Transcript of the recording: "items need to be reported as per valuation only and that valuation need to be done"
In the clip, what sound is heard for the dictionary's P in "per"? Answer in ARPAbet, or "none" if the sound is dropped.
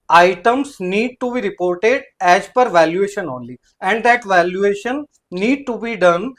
P